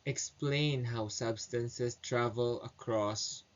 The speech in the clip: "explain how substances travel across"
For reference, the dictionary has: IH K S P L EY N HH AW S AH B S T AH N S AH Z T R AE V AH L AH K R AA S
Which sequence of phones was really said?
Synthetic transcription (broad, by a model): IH K S P L EY N HH AW S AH B S T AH N S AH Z T R AE V AH L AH K R AA S